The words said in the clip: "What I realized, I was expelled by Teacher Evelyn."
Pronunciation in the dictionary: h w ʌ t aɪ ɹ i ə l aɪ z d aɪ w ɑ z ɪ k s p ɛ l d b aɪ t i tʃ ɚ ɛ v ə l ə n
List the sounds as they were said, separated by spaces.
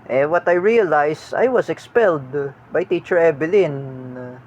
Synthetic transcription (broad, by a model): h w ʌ t aɪ ɹ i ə l aɪ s aɪ w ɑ s ɪ k s p ɛ l d b aɪ t i tʃ ɚ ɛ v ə l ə n